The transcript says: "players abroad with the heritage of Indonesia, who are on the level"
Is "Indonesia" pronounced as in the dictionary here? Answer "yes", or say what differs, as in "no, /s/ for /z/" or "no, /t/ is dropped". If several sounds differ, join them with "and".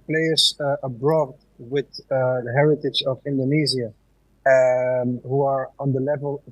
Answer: no, /z/ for /ʒ/